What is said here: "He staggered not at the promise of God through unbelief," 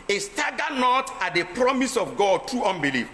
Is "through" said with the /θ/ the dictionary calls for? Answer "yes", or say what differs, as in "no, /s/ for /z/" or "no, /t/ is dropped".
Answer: no, /t/ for /θ/